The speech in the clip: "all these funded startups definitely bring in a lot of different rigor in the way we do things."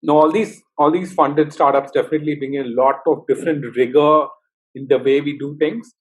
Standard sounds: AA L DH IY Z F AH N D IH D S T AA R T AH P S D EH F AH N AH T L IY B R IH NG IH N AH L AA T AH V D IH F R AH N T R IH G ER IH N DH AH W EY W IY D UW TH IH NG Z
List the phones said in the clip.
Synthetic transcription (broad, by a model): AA L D IY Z F AH N D IH D S T AA R T AH P S D EH F AH N AH T L IY B IH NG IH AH L AA T AH V D IH F R AH N T R IH G ER IH N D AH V EY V IY D UW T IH NG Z